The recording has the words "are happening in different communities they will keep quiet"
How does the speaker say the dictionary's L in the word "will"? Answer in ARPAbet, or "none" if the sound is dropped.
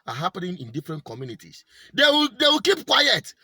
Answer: W